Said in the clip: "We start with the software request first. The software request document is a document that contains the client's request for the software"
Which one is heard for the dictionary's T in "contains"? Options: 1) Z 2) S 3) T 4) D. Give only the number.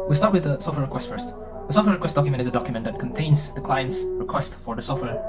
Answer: 3